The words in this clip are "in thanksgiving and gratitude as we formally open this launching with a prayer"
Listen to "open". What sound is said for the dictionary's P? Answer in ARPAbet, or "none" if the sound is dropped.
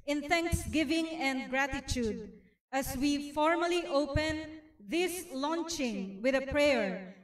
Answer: P